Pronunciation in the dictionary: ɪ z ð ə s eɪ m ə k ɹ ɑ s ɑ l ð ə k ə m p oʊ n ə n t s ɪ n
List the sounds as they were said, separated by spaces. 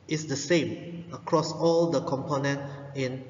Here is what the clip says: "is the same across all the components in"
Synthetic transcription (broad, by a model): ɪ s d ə s eɪ m ə k ɹ ɑ s ɑ l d ə k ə m p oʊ n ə n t ɪ n